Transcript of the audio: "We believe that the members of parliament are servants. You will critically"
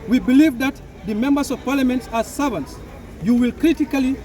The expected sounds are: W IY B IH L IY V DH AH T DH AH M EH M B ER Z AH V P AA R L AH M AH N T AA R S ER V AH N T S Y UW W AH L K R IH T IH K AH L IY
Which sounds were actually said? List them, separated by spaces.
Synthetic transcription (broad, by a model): W IY B IH L IY V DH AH T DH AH M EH M B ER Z AH V P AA R L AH M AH N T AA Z S ER V AH N T S Y UW W AH L K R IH T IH K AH L IY